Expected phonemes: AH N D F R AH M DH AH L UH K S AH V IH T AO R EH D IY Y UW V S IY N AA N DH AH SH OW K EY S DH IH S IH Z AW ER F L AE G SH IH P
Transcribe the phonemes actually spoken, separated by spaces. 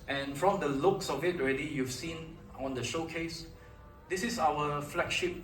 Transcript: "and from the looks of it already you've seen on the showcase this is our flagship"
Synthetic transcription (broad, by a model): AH N F R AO M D AH L UH K S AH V IH T AO R EH D IY Y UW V S IY N AA N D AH SH OW K EY S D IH S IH S AW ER F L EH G SH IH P